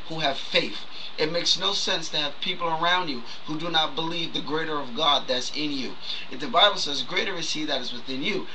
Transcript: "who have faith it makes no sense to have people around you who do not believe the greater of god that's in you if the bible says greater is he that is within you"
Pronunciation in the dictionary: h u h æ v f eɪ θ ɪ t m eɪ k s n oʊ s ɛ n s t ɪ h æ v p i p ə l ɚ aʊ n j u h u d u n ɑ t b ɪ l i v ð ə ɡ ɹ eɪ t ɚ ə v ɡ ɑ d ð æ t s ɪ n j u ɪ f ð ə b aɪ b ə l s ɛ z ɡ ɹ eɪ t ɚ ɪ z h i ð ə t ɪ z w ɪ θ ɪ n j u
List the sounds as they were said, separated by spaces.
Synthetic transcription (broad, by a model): h u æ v f eɪ θ ɪ t m eɪ k s n oʊ s ɛ n s t ɪ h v p i p l ɚ aʊ n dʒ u h u d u n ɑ t b ɪ l i v ð ə ɡ ɹ eɪ t ɚ ə v ɡ ɑ d ð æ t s ɪ n j u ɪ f ð ə b aɪ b l s ɛ z ɡ ɹ eɪ t ɚ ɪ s i ð ə t ɪ z w ɪ θ ɪ n j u